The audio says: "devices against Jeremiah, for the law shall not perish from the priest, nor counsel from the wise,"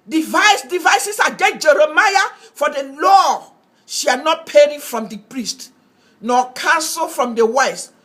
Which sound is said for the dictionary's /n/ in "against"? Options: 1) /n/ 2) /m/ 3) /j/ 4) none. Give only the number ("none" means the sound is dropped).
4